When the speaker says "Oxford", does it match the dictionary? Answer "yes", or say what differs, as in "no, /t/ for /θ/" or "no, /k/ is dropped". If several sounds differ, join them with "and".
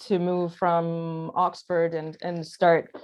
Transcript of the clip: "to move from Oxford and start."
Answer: yes